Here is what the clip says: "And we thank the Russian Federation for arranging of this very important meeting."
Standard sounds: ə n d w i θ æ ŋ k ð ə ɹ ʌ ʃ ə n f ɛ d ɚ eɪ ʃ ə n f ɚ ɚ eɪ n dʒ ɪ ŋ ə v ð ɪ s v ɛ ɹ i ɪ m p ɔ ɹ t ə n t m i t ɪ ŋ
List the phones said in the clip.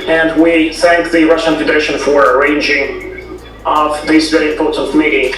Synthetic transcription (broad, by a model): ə n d w i θ æ ŋ k ð ə ɹ ʌ ʃ ə n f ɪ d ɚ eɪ ʃ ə n f ɚ ɚ eɪ n dʒ ɪ ŋ ə v ð ɪ s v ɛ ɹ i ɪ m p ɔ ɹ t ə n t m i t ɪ